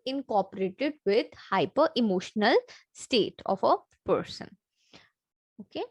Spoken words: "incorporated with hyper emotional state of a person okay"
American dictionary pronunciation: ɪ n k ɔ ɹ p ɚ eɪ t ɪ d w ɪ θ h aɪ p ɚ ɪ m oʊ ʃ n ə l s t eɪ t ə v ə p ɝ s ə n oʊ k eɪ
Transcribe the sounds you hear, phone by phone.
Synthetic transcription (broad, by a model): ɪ n k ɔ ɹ p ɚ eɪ t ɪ d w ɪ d h aɪ p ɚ ɪ m oʊ ʃ n ə l s t eɪ t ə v ə p ɝ s ə n oʊ k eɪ